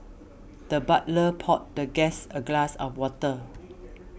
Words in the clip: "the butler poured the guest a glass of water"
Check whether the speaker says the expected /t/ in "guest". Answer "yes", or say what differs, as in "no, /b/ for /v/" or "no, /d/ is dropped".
no, /t/ is dropped